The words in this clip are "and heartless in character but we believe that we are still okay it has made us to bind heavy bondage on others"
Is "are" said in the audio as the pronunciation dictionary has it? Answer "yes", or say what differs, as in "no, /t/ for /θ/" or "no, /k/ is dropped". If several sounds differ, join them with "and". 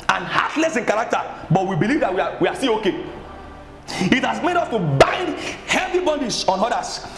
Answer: no, /w/ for /ɹ/